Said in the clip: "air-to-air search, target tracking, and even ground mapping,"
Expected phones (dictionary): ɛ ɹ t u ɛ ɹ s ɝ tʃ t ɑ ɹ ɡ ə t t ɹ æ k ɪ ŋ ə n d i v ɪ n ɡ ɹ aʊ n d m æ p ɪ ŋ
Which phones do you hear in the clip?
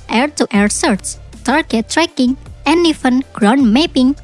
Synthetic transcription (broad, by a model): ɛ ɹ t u ɛ ɹ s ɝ s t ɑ ɹ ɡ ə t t ɹ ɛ k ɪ ŋ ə n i f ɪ n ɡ ɹ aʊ n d m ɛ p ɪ ŋ